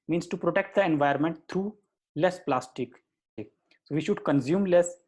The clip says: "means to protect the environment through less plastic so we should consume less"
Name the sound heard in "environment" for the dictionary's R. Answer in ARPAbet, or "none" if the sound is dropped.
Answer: none